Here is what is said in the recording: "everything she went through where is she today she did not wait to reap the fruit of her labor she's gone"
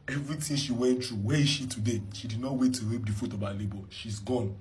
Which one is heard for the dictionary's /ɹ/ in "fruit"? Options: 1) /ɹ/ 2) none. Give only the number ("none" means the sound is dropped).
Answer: 2